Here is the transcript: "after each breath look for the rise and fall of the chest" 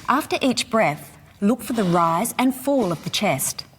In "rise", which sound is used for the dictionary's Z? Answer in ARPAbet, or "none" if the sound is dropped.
Z